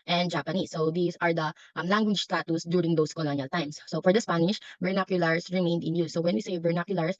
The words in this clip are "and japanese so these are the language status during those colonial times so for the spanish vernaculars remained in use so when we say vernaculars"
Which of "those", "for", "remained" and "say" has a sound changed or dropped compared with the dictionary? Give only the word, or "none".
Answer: those